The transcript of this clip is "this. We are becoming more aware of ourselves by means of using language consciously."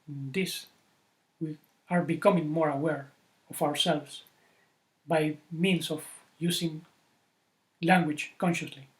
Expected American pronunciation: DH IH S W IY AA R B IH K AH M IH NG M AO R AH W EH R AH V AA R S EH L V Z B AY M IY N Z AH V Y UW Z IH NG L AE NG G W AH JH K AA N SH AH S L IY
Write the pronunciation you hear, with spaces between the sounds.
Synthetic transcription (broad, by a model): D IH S W IY AA R B IH K AH M IH NG M AO R AH W EH R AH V AA R S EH L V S B AY M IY N S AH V Y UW S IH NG L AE NG G W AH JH K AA N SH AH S L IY